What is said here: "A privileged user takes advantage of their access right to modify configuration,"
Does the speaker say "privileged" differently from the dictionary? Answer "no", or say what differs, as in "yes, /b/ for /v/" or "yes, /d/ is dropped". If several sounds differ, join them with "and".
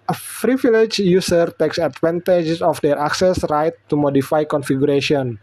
yes, /f/ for /p/